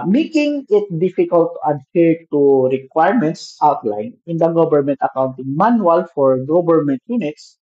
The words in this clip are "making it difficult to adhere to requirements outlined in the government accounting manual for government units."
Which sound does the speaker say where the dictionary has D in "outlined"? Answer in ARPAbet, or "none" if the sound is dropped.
none